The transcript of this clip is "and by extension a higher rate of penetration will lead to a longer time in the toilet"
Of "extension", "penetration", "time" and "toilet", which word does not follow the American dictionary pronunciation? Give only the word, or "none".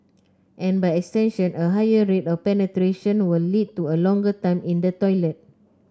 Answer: none